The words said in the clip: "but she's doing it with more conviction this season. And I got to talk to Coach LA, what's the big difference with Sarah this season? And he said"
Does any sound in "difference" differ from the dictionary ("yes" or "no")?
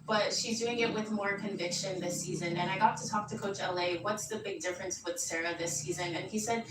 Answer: no